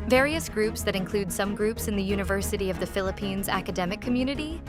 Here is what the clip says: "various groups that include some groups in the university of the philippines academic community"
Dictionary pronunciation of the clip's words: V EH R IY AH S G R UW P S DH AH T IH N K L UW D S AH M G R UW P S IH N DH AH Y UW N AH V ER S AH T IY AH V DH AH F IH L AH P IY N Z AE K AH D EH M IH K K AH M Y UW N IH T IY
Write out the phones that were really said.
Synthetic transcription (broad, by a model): V EH R IY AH S G R UW P S DH AH T IH N K L UW D S AH M G R UW P S IH N DH AH Y UW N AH V ER S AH T IY AH V DH AH F IH L AH P IY N Z AE K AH D EH M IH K K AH M Y UW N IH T IY